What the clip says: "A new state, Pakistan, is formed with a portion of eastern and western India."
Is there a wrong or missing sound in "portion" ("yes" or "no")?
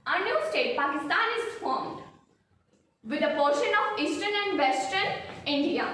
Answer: no